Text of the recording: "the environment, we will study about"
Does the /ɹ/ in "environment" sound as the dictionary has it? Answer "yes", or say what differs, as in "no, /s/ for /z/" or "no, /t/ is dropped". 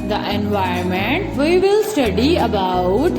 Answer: no, /ɹ/ is dropped